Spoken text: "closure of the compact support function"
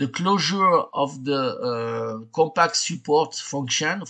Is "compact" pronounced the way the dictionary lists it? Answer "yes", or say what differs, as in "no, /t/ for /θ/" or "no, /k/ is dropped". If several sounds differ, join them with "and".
no, /m/ is dropped